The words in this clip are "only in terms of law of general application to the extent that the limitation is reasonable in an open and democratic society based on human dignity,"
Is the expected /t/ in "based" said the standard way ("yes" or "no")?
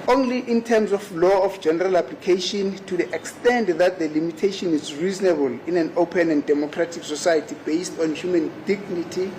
yes